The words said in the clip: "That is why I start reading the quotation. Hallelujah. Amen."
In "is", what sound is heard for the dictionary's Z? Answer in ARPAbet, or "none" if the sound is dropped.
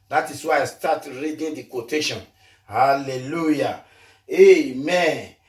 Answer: S